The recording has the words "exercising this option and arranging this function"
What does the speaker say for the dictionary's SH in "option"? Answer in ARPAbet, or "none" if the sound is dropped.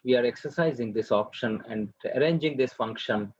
SH